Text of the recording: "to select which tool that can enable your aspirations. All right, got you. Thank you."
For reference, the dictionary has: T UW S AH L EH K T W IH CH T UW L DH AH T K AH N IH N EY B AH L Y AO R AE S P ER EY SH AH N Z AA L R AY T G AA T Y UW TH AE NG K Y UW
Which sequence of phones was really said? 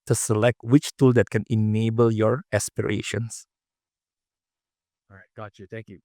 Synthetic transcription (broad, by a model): T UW S AH L EH K T W IH CH T UW L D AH T K AH N IH N EY B AH L Y AO R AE S P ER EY SH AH N S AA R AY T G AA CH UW T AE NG K Y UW